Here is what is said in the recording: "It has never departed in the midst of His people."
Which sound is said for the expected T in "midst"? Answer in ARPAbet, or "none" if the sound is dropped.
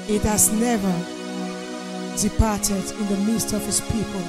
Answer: T